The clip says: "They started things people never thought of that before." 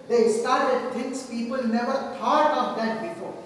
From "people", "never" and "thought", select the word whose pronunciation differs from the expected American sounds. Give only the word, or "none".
thought